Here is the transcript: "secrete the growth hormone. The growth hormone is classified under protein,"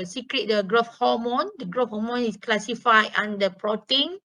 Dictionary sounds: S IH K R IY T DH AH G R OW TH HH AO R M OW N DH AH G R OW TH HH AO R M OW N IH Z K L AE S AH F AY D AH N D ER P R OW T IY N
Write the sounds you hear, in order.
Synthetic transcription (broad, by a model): S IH K R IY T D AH G R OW F HH AO M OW N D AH G R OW F HH AO M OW N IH S K L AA S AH F AY AO N D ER P R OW T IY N